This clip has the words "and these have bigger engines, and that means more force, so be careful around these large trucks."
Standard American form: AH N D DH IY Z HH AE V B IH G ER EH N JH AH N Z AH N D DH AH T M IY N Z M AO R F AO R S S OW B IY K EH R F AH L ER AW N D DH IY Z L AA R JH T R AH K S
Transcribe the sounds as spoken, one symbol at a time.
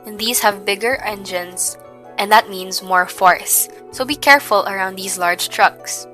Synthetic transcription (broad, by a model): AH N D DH IY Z HH AE V B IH G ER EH N JH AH N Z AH N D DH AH T M IY N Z M AO R F AO R S S OW B IY K EH R F AH L ER AW N D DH IY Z L AA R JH T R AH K S